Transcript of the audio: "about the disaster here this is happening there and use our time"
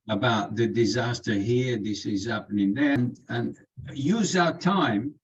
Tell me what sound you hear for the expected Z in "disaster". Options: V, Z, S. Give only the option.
Z